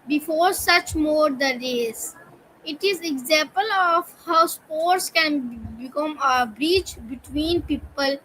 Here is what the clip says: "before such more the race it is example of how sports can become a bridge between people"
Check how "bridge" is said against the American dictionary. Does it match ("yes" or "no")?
no